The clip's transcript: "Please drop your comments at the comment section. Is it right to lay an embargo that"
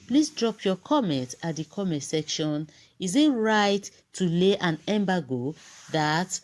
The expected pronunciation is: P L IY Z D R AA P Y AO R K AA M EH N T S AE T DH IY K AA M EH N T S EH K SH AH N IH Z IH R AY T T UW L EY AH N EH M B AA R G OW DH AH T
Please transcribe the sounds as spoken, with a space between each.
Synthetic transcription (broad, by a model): P L IY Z D R AA P Y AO K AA M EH N T AA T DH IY K AA M EH N T S EH K SH AH N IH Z IH R AY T T UW L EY AH N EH M B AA G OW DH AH T